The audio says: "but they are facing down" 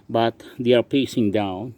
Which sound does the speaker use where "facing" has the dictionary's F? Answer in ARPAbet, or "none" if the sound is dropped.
P